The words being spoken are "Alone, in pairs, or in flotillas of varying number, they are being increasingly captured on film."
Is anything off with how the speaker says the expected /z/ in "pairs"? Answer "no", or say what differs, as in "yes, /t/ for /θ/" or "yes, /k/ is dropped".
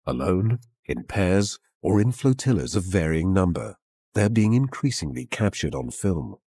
no